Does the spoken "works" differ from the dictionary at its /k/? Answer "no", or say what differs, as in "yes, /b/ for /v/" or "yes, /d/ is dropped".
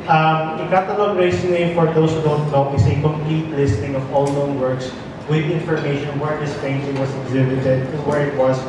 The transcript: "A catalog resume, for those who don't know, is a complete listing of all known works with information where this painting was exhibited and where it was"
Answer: no